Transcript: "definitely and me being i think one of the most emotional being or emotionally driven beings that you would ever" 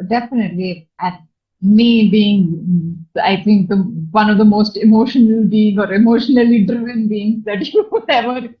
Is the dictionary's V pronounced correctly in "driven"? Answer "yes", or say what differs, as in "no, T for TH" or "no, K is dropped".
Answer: no, V is dropped